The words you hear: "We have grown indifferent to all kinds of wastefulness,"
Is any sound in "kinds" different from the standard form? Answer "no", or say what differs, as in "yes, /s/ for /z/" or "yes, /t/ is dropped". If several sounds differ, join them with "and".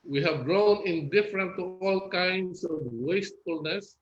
yes, /s/ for /z/